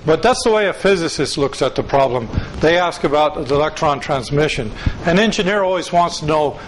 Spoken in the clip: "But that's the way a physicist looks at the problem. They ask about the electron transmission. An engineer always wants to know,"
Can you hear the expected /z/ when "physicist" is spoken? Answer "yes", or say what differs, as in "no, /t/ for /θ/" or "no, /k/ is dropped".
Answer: yes